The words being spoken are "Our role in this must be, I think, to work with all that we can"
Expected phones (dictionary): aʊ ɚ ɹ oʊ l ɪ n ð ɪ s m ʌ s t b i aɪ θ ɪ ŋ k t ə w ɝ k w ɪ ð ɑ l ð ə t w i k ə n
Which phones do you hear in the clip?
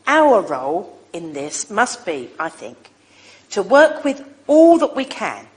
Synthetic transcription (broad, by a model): aʊ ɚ ɹ oʊ l ɪ n ð ɪ s m ʌ s b i aɪ θ ɪ ŋ k t ə w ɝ k w ɪ ð ɑ l ð ə t w i k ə n